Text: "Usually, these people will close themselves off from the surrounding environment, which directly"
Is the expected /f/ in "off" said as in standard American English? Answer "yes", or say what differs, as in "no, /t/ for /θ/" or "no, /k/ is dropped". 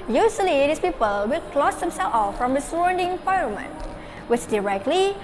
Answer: yes